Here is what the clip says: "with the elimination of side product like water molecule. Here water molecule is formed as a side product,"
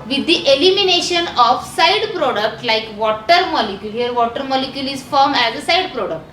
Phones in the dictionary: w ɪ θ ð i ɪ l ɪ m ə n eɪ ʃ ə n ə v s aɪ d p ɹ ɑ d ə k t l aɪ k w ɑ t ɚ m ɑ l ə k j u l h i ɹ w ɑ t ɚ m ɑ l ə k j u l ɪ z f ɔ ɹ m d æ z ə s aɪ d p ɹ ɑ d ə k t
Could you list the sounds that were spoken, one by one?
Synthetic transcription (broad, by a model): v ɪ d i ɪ l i m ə n eɪ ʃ ə n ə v s aɪ d p ɹ ɑ d ə k t l aɪ k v ɑ t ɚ m ɑ l ə k j u l h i ɹ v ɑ t ɚ m ɑ l ə k j u l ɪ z f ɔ ɹ m æ z ə s aɪ d p ɹ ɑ d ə k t